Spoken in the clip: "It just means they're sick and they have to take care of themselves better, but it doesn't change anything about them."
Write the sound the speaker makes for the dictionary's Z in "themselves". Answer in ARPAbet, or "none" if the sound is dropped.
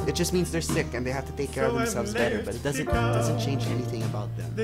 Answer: Z